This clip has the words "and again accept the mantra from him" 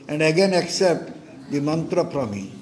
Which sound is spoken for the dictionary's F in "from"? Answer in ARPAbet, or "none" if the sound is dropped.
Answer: P